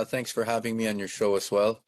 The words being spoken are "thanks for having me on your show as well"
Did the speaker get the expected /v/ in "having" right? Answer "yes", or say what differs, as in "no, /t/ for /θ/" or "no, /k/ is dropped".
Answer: yes